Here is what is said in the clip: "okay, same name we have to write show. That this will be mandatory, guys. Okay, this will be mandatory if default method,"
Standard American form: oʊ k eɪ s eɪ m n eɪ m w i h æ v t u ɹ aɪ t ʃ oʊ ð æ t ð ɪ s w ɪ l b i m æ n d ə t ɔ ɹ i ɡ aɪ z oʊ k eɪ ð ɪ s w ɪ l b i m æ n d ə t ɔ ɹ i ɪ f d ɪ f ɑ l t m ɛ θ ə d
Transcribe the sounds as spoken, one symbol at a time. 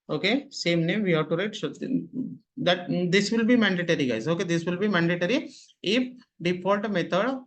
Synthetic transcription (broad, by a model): oʊ k eɪ s eɪ m n eɪ m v i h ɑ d t u ɹ aɪ t s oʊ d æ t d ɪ s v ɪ l b i m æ n d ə t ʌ ɹ i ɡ aɪ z oʊ k eɪ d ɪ s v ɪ l b i m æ n d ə t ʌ ɹ i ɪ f d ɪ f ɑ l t m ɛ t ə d